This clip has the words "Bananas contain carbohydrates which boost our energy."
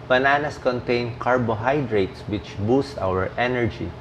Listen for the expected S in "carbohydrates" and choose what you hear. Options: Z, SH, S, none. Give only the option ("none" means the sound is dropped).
S